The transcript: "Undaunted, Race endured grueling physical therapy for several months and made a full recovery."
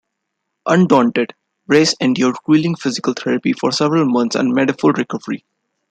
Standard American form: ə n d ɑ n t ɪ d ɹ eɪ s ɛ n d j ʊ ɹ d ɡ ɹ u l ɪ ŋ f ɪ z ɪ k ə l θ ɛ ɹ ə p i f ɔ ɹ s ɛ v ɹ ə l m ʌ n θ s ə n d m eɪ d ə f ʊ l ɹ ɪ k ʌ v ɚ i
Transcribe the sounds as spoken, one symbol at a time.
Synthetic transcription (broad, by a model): ə n d ɑ n t ɪ d ɹ eɪ s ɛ n d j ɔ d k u l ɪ ŋ f ɪ z ɪ k ə l t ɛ ɹ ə p i f ɔ ɹ s ɛ v ɹ ə l m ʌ n t s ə n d m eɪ d ə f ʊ l ɹ ɪ k ʌ v ɚ i